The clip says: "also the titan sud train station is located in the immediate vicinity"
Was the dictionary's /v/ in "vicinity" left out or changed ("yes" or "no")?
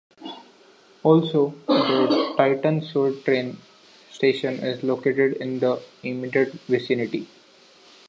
no